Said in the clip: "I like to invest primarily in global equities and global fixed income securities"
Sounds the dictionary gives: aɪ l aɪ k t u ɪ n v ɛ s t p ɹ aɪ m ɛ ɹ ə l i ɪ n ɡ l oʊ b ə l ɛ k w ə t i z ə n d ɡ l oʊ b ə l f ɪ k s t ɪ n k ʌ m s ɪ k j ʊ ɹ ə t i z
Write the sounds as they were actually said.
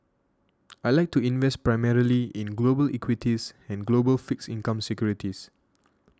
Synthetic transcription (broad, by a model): aɪ l aɪ k t u ɪ n v ɛ s t p ɹ aɪ m ɛ ɹ ə l i ɪ n ɡ l oʊ b ə l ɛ k w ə t i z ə n ɡ l oʊ b ə l f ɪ k s ɪ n k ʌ m s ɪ k j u ɹ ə t i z